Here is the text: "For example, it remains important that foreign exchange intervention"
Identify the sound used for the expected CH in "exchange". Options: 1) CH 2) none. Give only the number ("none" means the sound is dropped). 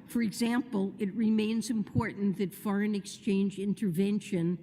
1